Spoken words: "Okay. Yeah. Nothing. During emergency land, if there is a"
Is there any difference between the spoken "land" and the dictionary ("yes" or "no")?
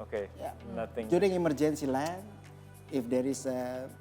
yes